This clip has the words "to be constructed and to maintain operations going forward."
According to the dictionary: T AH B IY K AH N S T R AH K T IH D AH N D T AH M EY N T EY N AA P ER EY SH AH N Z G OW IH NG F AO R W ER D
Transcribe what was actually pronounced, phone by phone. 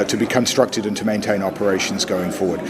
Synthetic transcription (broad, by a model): T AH B IY K AH N S T R AH K T IH D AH N T AH M EY N T EY N AA P ER EY SH AH N Z G OW IH NG F AO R W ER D